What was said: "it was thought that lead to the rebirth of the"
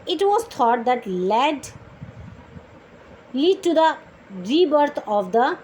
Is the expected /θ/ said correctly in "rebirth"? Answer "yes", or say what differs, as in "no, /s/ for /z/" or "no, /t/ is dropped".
no, /t/ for /θ/